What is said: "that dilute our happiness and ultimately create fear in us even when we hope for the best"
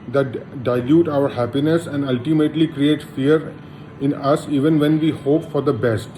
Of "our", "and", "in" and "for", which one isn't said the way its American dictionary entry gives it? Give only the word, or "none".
none